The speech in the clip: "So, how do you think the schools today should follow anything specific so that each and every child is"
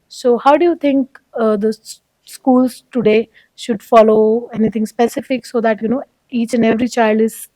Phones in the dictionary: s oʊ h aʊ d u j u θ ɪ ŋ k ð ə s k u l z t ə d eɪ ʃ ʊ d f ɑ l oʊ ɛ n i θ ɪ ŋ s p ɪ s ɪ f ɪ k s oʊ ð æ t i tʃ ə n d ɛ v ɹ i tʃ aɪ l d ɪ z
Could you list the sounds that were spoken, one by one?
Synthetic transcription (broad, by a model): s oʊ h aʊ d u j u t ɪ ŋ k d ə s k u l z t ə d eɪ ʃ ʊ d f ɑ l oʊ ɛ n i t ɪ ŋ s p ɪ s ɪ f ɪ k s oʊ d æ t i tʃ ə n d ɛ v ɹ i tʃ aɪ l d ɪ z